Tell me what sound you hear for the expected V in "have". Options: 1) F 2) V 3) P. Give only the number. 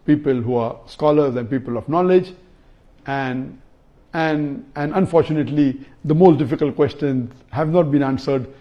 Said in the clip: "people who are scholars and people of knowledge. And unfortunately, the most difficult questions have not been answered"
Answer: 2